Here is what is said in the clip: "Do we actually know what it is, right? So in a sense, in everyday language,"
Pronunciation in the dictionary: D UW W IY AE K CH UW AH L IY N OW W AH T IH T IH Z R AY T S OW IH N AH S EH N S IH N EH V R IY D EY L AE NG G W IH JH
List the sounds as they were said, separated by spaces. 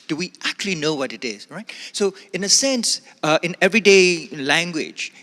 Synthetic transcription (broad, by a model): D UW W IY AE K CH UW AH L IY N OW W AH T IH T IH Z R AY T S OW IH N AH S EH N S IH N EH V R IY D EY L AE NG G W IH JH